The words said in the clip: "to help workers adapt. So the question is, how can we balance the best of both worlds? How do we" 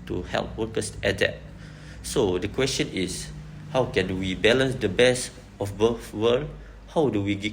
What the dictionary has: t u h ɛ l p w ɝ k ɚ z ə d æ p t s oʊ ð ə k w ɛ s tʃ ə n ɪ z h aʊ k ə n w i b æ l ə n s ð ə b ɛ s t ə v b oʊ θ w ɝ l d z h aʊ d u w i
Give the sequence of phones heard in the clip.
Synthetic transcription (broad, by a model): t u h ɛ l p w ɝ k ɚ s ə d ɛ t s oʊ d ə k w ɛ s tʃ ə n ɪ s h aʊ k ə n w i b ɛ l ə n s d ə b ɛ s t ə f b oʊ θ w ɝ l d h aʊ d u w i